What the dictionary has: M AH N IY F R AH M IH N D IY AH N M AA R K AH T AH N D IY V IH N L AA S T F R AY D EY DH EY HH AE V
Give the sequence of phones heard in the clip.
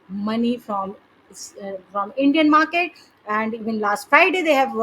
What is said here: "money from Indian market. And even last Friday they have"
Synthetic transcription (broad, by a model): M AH N IY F R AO M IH N D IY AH N M AA R K AH T AH N D IY V IH N L AA S T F AY D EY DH EY HH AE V